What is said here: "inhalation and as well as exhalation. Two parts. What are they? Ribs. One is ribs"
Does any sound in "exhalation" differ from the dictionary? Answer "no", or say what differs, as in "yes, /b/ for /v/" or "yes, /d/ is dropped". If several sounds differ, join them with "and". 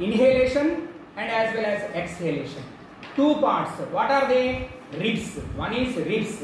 no